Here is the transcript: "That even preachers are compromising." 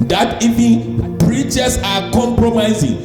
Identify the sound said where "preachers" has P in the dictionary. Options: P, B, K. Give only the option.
B